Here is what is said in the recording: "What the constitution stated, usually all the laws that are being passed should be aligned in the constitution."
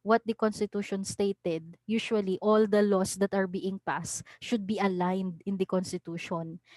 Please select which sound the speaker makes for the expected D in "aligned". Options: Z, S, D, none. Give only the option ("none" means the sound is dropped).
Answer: D